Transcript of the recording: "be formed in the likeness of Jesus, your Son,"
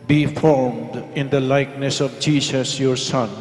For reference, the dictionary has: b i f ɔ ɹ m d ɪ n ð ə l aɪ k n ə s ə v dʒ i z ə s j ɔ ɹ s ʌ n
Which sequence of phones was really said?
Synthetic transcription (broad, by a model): b i f ɔ ɹ m d ɪ n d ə l aɪ k n ə s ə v dʒ i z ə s j ɔ ɹ s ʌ n